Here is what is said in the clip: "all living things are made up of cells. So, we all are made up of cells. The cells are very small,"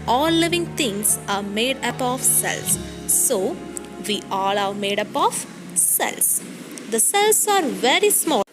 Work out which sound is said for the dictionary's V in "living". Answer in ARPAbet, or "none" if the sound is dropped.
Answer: V